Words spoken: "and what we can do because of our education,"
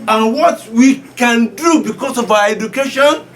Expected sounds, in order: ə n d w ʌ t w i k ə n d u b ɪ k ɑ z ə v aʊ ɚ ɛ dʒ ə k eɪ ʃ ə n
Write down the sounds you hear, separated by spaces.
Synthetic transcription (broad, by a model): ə n w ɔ t w i k ə n d u b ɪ k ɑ s ə v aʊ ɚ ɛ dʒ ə k eɪ ʃ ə n